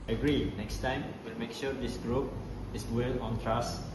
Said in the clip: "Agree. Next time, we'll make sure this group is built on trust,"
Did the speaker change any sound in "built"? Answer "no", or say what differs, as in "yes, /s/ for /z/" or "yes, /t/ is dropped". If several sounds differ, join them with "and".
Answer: yes, /t/ is dropped